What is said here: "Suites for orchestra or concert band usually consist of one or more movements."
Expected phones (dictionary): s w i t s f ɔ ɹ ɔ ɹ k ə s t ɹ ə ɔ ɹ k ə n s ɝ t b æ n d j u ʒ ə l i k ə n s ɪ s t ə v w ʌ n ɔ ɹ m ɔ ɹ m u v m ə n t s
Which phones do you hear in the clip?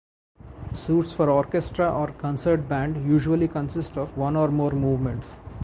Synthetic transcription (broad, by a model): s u t s f ɔ ɹ ɔ ɹ k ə s t ɹ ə ɔ ɹ k ə n s ɝ t b æ n d j u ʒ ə l i k ə n s ɪ s t ə v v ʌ n ɔ ɹ m ɔ ɹ m u v m ə n t s